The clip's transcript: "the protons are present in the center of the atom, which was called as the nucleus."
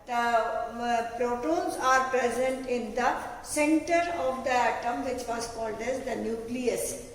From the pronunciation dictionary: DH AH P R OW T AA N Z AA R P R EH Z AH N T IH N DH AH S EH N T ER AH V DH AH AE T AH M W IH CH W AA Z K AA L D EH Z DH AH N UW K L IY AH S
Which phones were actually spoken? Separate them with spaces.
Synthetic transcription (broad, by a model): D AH P R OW T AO N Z AA R P R EH Z AH N T IH N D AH S EH N T ER AH V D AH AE T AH M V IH CH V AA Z K AA L D EH Z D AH N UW K L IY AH S